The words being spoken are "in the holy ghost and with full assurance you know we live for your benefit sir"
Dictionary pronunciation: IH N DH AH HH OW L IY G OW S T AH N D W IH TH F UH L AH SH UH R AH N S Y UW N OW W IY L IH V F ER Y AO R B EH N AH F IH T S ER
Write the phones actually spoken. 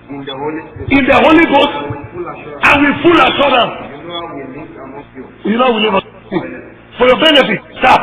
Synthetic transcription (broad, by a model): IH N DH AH HH OW L IY G OW S T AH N W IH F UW L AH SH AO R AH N Y UW N OW W IY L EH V F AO Y AO B EH N AH F IH T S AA